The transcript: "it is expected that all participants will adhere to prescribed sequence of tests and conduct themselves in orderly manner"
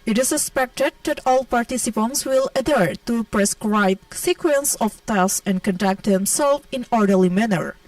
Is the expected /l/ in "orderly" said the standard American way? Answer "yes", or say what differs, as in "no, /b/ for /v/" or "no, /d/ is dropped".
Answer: yes